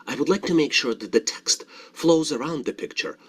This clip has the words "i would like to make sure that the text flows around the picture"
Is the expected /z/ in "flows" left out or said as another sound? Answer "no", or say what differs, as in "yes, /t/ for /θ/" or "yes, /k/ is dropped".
no